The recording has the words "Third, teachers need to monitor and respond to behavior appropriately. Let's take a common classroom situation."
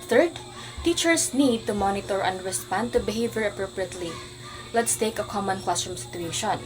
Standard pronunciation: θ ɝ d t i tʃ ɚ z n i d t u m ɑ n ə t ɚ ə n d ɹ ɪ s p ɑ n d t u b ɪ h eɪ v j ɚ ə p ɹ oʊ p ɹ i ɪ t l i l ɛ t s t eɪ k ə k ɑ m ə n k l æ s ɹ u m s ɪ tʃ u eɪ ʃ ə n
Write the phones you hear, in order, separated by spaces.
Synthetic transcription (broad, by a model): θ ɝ d t i tʃ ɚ s n i d t u m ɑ n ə t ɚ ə n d ɹ ɪ s p ɑ n d t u b ɪ h eɪ v j ɚ ə p ɹ oʊ p ɹ i ɪ t l i l ɛ t s t eɪ k ə k ɑ m ə n k w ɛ s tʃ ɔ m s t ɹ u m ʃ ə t